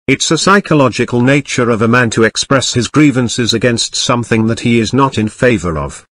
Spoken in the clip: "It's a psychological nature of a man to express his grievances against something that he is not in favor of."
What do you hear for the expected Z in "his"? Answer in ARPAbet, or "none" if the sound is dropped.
Z